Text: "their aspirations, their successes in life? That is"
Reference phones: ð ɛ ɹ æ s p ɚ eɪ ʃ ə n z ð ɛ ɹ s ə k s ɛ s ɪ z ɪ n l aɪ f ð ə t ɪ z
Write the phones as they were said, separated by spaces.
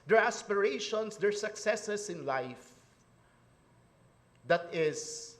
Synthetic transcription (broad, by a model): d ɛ ɹ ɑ s p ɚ eɪ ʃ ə n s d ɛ ɹ s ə k s ɛ s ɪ s ɪ n l aɪ f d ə t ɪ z